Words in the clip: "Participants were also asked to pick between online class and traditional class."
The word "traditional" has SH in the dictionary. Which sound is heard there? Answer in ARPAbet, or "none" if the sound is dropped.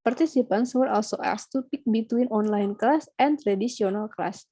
S